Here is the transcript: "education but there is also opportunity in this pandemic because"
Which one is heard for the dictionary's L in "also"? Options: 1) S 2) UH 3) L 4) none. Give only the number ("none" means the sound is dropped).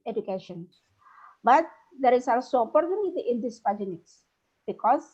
4